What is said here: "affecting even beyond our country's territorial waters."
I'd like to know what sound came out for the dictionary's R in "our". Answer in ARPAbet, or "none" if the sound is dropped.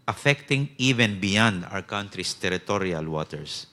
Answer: W